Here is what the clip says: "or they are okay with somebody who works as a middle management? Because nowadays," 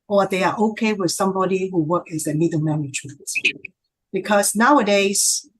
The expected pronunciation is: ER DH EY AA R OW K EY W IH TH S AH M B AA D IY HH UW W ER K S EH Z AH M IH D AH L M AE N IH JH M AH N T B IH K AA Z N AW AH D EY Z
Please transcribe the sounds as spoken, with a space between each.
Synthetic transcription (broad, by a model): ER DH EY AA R OW K EY W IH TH S AH M B AA D IY HH UW W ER K EH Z AH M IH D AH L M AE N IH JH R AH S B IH K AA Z N AW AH D EY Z